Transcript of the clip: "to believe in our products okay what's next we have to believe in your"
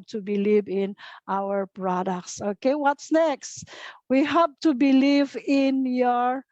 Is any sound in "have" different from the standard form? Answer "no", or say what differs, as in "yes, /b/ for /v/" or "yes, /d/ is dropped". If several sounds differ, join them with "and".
yes, /p/ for /v/